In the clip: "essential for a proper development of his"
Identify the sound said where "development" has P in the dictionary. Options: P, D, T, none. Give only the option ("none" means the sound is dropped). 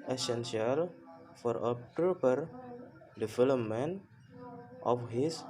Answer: none